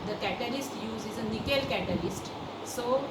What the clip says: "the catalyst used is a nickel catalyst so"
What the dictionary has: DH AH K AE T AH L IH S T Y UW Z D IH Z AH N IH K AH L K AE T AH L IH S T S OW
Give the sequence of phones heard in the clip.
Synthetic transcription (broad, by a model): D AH K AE T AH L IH S T Y UW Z IH Z AH N IH K AH L K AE T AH L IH S T S OW